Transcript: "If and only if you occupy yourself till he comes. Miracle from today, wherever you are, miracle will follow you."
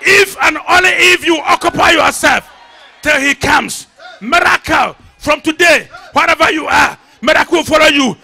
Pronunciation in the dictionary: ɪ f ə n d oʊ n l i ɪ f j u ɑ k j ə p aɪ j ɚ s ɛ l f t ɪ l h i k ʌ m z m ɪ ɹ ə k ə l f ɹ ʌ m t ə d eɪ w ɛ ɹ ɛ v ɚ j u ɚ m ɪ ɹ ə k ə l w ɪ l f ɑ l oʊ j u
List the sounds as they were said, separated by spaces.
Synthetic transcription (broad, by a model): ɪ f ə n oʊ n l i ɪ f j u ɑ k j ə p aɪ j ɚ s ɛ l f t ɪ l h i k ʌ m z m ɪ ɹ ə k ə l f ɹ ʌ m t ə d eɪ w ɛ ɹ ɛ v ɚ j u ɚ m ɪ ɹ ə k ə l w ɪ l f ɑ l oʊ j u